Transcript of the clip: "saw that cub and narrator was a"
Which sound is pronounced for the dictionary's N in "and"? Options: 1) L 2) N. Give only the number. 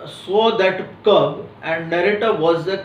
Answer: 2